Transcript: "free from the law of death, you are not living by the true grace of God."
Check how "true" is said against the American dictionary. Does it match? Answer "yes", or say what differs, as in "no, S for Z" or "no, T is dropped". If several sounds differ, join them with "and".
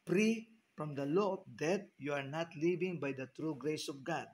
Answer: yes